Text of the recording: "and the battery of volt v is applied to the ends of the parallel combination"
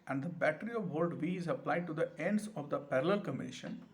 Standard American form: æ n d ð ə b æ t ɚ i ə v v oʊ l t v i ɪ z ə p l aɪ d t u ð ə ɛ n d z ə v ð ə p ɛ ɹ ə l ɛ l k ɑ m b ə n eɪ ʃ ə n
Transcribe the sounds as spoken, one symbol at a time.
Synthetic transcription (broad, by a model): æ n d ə b æ t ɚ i ə v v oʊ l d v i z ə p l aɪ d t u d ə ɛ n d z ə v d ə p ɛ ɹ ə l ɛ l k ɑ m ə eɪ ʃ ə n